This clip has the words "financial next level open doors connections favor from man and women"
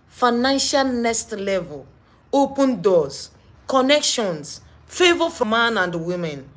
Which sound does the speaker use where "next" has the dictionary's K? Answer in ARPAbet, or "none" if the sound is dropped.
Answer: none